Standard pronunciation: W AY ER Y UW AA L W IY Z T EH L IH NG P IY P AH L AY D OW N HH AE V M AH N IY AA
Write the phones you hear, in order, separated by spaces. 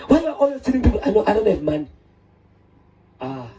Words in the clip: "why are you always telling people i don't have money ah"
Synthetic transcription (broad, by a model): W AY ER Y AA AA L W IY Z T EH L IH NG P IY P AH N AY D OW N HH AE V M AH N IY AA